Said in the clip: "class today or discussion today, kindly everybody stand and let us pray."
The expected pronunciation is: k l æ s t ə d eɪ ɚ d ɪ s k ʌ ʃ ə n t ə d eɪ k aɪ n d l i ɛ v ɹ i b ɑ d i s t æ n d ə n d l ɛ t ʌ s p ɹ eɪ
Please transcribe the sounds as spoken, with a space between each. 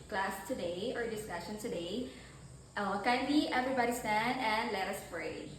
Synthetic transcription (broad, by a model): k l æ s t ə d eɪ ɚ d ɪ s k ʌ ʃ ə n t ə d eɪ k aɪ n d i ɛ v ɹ i b ɑ d i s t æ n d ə n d l ɛ t ʌ s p ɹ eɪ